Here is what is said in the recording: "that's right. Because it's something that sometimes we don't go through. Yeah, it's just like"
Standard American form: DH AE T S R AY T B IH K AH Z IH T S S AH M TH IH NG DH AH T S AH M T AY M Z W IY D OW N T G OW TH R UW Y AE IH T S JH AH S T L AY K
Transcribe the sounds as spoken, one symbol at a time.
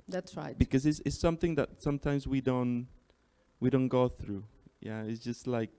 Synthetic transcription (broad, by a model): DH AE T S R AY T B IH K AH Z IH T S S AH M TH IH NG DH AH T S AH M T AY M Z W IY D OW N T G OW TH R UW Y AE IH T S JH AH S T L AY K